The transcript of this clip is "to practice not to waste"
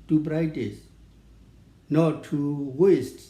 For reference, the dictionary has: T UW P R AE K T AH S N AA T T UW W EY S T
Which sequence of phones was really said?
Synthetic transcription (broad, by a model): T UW B R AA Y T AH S N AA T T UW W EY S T